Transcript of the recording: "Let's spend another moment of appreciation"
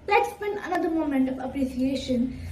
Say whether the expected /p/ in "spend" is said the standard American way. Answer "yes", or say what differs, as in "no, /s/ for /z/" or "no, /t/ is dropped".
no, /b/ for /p/